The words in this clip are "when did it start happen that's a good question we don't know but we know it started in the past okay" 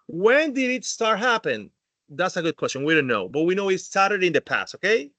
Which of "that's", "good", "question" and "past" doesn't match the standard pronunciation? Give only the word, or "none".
none